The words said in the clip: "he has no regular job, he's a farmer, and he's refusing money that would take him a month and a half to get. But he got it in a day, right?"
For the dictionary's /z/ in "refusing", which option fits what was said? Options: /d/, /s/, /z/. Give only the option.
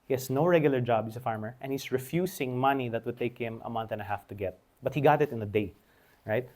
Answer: /s/